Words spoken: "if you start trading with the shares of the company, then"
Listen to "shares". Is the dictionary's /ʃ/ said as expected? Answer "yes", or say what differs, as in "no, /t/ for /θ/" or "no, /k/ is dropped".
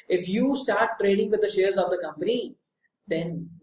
yes